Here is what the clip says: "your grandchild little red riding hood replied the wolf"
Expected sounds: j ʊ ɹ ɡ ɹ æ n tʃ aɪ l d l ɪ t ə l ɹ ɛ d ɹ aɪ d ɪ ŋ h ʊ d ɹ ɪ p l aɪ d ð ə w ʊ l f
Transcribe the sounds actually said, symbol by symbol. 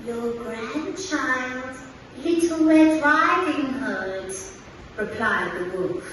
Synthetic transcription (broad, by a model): j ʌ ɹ ɡ ɹ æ n tʃ aɪ l d l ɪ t l w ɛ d ɹ aɪ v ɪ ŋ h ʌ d ɹ ɪ p l aɪ d ð ə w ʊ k